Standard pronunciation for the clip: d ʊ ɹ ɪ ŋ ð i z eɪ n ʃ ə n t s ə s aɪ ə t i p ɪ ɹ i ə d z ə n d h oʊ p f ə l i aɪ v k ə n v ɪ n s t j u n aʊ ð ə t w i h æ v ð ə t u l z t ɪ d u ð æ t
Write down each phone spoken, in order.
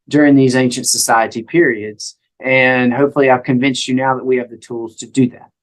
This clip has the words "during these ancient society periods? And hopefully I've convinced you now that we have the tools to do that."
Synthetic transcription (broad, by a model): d ʊ ɹ ɪ ŋ ð i z eɪ n ʃ ə n t s ə s aɪ ə t i p ɪ ɹ i ə d z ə n h oʊ p f l i aɪ v k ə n v ɪ n s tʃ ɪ n aʊ ð ə t w i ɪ v ð ə t u l z t ɪ d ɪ ð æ t